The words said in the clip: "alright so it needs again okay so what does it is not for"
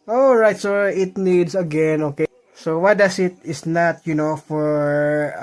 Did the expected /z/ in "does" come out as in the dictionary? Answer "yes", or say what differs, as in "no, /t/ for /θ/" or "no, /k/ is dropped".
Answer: no, /s/ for /z/